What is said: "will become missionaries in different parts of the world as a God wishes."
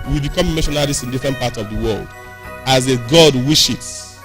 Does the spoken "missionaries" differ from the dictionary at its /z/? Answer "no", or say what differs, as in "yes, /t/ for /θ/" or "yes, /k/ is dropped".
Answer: yes, /s/ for /z/